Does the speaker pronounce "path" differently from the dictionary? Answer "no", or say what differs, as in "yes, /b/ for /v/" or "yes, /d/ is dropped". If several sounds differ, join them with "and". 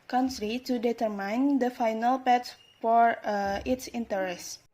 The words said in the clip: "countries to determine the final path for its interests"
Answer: yes, /s/ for /θ/